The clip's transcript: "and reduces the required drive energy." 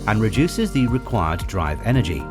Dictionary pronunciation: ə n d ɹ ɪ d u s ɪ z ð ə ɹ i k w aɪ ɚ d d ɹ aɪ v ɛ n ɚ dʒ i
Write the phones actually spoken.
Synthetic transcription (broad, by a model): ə n ɹ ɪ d u s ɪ z ð ə ɹ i k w aɪ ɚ d d ɹ aɪ v ɛ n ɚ dʒ i